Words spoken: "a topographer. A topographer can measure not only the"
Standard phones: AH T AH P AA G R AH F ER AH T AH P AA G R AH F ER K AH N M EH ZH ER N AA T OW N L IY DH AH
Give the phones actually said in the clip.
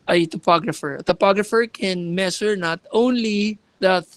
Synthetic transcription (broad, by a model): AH T AH P AA G R AH F ER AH T AH P AA G R AH F ER K AH N M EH S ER N AA T OW N L IY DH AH